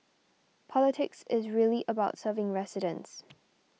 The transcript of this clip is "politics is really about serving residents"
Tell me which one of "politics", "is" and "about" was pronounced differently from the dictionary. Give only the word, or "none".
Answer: none